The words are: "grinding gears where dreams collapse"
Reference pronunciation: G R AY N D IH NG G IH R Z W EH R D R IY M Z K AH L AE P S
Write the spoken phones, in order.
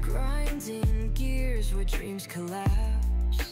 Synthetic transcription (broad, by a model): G R AY N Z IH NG G IH R Z W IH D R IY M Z K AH L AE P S